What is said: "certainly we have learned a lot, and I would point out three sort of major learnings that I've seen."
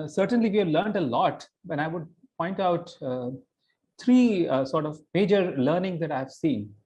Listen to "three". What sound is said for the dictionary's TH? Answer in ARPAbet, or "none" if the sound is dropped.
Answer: T